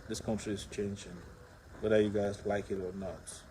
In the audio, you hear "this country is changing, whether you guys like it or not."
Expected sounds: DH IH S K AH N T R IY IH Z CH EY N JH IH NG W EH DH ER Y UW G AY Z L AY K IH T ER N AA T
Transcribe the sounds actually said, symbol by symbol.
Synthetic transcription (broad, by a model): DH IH S K AH N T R IY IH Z CH EY N JH IH NG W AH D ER Y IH G AY Z L AY K IH T ER N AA T